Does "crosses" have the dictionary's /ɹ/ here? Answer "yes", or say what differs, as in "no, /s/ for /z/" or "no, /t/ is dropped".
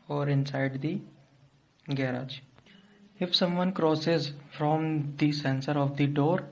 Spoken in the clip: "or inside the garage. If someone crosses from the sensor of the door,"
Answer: yes